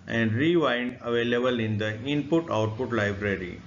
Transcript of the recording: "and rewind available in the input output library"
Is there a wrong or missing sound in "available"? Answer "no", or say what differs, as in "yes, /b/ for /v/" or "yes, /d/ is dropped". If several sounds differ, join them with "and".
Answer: no